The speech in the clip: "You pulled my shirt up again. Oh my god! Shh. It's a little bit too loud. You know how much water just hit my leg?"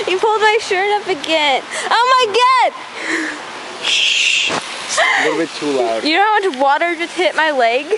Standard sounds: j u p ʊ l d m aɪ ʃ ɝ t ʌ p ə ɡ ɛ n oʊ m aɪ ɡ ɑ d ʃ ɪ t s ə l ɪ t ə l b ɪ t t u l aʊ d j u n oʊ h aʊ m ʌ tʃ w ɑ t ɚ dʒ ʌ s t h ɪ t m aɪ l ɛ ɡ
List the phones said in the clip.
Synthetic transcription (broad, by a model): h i p ʊ l d m aɪ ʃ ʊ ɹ ʌ f ə ɡ ɛ n oʊ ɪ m ə ɪ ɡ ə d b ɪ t t u l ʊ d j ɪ n oʊ h aʊ m ʌ tʃ w ɑ t ɚ dʒ ʌ s t h ɪ t m aɪ l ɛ ɡ